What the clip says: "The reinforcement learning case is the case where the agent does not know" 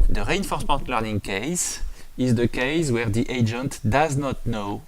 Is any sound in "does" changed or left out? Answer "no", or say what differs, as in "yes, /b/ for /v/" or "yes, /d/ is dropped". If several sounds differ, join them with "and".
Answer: no